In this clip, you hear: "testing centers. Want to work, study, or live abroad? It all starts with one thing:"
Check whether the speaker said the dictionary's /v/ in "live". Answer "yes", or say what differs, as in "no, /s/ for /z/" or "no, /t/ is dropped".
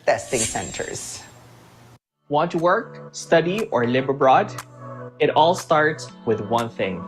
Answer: no, /b/ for /v/